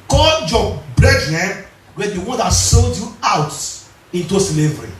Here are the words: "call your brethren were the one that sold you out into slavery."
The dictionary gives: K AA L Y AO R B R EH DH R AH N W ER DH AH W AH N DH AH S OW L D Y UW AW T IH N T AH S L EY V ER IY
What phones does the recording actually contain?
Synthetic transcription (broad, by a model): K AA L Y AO B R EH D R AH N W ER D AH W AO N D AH S OW L D Y UW AW T IH N T AH S L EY V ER IY